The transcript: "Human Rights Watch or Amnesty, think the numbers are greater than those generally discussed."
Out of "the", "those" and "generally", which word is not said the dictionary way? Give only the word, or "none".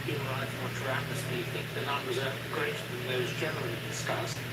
none